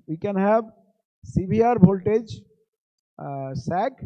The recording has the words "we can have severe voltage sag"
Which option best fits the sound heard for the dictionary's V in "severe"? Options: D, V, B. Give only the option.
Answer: B